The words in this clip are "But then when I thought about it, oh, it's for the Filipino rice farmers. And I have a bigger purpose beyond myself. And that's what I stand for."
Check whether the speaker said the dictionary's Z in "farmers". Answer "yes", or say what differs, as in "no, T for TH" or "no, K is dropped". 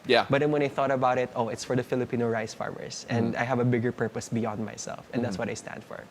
no, S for Z